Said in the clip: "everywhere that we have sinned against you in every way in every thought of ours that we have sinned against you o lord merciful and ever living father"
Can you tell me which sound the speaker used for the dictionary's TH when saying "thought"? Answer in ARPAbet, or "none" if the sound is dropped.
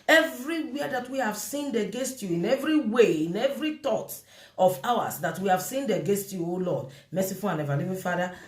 T